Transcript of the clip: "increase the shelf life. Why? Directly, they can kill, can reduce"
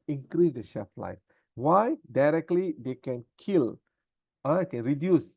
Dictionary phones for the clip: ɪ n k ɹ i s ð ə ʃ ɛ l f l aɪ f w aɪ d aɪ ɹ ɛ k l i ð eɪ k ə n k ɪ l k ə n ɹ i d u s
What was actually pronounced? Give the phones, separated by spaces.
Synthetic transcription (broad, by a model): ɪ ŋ k ɹ i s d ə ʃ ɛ f l aɪ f w aɪ d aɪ ɹ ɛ k l i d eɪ k ə n k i l k ə n ɹ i d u s